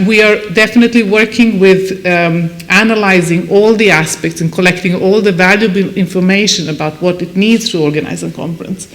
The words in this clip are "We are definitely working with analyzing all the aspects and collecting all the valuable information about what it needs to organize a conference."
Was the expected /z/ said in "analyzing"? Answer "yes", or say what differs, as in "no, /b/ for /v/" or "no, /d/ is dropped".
yes